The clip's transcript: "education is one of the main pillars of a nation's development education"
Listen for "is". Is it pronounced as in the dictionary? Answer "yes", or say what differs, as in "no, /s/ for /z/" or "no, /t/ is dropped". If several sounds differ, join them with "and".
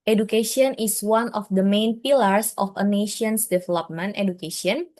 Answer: no, /s/ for /z/